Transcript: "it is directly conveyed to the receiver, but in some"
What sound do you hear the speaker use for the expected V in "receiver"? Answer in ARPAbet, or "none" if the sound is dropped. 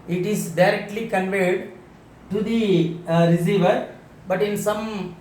V